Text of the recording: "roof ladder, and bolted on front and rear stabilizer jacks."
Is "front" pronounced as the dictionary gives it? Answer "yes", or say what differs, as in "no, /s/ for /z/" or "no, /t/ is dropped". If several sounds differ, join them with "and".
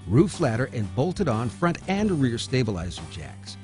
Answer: yes